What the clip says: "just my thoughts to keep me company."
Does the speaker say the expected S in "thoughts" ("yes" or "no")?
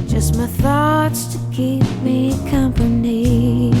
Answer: yes